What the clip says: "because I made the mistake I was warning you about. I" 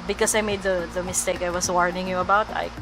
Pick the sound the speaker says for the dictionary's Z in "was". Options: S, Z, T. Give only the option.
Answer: S